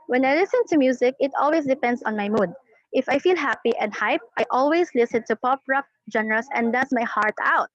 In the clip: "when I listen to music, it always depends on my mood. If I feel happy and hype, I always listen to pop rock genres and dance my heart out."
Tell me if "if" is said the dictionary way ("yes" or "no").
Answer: yes